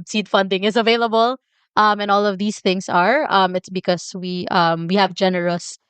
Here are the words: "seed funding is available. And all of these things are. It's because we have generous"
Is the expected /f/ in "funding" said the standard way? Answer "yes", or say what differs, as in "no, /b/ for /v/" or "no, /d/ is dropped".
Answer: yes